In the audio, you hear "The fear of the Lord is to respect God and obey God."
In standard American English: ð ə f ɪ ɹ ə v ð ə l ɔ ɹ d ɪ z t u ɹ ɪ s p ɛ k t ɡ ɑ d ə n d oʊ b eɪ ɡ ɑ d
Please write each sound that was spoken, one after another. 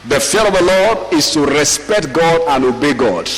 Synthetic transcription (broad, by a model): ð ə f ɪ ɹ ə v ð ə l ɔ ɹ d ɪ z t u ɹ ɪ s p ɛ k t ɡ ɑ d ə n oʊ b eɪ ɡ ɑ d